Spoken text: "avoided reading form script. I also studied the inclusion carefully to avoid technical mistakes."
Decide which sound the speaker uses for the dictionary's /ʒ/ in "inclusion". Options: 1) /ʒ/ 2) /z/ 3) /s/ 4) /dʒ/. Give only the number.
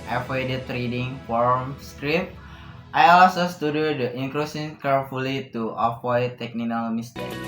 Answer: 3